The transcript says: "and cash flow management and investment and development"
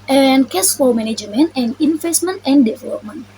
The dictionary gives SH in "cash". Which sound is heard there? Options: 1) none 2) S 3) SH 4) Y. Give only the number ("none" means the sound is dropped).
2